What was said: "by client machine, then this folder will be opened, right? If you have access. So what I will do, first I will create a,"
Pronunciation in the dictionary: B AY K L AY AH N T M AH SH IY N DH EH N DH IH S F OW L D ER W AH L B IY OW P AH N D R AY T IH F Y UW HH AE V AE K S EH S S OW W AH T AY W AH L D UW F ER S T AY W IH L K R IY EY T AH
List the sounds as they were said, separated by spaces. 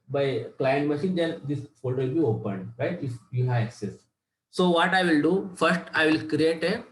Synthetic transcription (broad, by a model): B AY K L AY AH N T M AH SH IY N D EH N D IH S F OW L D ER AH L B IY OW P AH N D R AY T IH F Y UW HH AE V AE K S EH S S OW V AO T AY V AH L D UW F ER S T AY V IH L K R IY EY T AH